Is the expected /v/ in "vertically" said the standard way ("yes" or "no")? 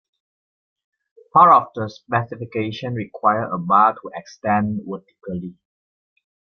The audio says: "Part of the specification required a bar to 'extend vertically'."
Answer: no